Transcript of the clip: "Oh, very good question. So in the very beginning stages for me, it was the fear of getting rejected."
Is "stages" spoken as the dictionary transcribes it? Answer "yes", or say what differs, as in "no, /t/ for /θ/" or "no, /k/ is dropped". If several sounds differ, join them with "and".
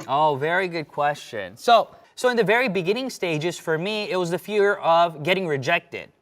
yes